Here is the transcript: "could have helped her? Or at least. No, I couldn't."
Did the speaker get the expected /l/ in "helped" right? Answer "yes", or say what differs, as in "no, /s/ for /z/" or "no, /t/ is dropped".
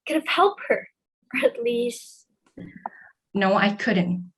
yes